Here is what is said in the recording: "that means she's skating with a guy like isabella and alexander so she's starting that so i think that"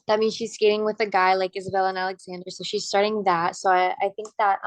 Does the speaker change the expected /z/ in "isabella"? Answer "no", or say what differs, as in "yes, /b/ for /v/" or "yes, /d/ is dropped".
no